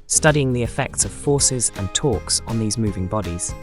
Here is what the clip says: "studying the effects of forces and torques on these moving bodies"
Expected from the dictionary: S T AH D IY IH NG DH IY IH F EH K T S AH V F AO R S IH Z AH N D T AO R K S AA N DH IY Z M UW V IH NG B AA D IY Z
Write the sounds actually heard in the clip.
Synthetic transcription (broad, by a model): S T AH D IY IH NG DH IY IH F EH K T S AH V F AO S IH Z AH N T AO K S N DH IY Z M UW V IH NG B AA D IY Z